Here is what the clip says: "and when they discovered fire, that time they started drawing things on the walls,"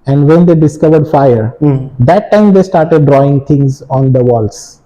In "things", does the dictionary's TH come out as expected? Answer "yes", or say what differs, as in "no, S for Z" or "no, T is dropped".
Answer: no, T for TH